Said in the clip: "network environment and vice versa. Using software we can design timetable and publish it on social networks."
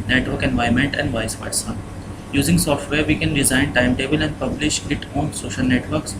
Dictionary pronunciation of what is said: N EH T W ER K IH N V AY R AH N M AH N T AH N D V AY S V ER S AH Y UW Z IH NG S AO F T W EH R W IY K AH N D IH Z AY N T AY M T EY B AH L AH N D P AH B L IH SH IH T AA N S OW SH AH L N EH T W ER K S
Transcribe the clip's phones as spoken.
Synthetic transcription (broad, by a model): N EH T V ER K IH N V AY AH M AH N T AH N D V AY S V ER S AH Y UW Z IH NG S AO F T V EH R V IY K AH N D IH Z AY N T AY M T EY B AH L AH N D P AH B L IH SH IH T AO N S OW SH AH L N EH T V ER K S